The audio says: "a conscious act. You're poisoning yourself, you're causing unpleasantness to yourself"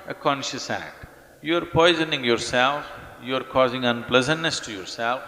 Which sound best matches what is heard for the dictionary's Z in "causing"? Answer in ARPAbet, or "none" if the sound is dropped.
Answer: Z